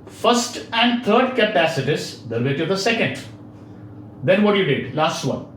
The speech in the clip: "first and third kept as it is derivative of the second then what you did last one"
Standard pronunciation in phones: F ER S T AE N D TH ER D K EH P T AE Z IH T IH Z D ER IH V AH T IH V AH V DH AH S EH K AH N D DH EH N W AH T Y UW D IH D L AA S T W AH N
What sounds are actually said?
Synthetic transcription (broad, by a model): F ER S T AE N D T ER D K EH P AE S IH T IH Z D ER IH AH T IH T AH V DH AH S EH K AH N D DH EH N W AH T Y UW D IH D L AA S T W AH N